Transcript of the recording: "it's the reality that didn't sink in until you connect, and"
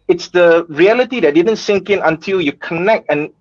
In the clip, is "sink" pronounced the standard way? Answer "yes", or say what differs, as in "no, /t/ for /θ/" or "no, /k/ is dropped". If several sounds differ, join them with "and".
yes